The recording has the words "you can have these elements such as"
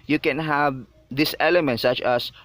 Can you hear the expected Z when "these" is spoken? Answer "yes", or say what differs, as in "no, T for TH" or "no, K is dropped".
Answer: no, S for Z